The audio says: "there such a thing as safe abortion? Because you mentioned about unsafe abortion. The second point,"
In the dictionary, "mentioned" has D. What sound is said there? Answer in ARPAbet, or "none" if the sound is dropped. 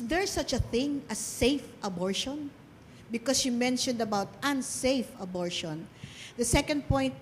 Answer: D